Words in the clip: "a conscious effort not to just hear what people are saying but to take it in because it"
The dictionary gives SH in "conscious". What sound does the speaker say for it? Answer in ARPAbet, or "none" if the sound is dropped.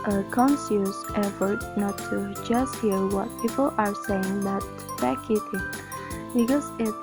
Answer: S